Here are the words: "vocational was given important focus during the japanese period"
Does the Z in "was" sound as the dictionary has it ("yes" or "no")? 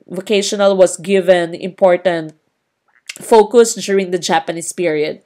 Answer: no